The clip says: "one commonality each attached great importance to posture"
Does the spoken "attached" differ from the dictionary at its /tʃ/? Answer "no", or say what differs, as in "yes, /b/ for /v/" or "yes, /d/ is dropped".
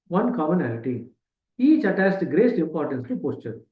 yes, /s/ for /tʃ/